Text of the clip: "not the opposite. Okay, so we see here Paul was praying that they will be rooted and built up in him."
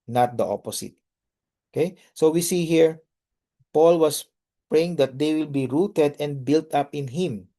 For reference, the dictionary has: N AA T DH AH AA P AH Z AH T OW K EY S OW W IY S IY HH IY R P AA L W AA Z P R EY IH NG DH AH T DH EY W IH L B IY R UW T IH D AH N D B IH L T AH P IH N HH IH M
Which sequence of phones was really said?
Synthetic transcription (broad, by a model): N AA T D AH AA P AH S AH T OW K EY S OW W IY S IY HH IY R P AA L W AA S P R EY IH NG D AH T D EY W IH L B IY R UW T IH D AH N D B IH L T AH P IH N HH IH M